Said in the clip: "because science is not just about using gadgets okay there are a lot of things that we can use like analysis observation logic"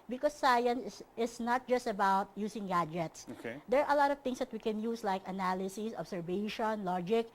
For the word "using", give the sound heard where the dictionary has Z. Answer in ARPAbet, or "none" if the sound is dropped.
S